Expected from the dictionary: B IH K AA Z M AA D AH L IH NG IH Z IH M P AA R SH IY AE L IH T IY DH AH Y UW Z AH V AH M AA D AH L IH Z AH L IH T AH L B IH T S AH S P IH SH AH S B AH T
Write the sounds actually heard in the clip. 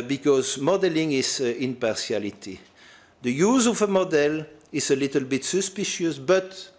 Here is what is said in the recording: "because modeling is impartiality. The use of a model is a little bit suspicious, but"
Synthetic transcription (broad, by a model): B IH K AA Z M AA D AH L IH NG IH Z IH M P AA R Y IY L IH T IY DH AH Y UW Z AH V AH M AA D AH L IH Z AH L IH T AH L B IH T S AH S P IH SH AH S B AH T